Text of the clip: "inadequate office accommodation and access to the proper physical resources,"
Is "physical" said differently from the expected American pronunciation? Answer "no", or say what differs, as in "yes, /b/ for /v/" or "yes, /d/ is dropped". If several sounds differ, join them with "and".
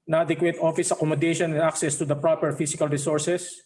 yes, /s/ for /z/